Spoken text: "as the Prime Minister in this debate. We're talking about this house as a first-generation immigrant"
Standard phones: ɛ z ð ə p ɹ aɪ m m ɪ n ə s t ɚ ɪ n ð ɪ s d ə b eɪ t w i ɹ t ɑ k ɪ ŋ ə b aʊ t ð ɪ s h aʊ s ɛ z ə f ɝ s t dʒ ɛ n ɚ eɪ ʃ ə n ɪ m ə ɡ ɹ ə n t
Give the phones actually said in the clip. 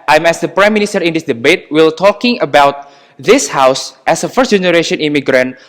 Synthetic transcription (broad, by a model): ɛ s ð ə p ɹ aɪ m m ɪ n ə s t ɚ ɪ n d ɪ s d ə b eɪ t w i l t ɑ k ɪ ŋ ə b aʊ t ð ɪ s h aʊ s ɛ s ə f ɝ s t dʒ ɛ n ɚ eɪ ʃ ə n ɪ m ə ɡ ɹ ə n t